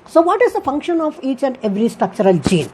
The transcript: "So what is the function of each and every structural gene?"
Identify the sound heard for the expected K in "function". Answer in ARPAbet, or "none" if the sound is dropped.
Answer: K